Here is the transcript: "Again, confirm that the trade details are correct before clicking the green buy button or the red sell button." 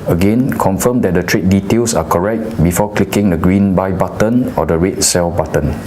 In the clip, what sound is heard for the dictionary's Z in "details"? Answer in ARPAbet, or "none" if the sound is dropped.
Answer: S